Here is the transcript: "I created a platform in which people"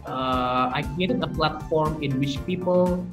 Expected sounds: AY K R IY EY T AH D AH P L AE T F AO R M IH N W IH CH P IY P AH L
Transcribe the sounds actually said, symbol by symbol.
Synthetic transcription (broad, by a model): AY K IY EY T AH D AH P L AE T F AO R M IH N W IH CH P IY P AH L